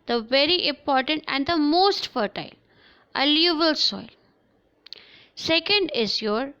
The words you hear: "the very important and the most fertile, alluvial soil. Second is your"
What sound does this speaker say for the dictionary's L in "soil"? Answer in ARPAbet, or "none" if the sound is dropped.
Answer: L